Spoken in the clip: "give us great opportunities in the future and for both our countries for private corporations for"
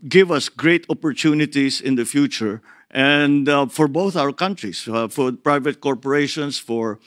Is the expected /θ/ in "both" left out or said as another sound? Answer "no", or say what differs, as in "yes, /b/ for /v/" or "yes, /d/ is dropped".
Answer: no